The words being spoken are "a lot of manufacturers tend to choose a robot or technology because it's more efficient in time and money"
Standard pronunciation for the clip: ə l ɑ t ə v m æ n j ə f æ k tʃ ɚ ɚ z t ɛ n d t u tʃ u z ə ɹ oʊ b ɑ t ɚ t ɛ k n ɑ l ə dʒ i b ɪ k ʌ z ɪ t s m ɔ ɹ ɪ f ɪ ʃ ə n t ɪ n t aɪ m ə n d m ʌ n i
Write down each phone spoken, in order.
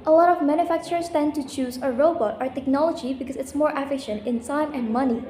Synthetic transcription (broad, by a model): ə l ɑ t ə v m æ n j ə f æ k tʃ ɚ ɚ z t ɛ n t u tʃ u z ə ɹ oʊ b ɑ t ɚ t ɛ k n ɑ l ə dʒ i b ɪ k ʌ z ɪ t s m ɔ ɹ ɪ f ɪ ʃ ə n t ɪ n s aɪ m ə n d m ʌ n i